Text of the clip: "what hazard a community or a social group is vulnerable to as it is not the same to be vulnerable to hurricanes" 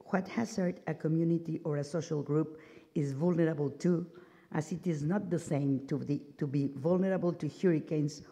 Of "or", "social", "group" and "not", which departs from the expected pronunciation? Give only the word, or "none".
none